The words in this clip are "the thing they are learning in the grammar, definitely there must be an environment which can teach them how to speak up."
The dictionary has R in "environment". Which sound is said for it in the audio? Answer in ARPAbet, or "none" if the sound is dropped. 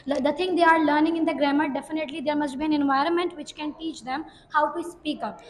R